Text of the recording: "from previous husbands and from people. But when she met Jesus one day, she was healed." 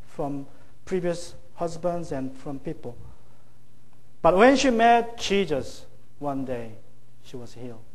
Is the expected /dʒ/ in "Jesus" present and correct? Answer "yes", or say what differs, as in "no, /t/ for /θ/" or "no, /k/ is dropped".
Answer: no, /tʃ/ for /dʒ/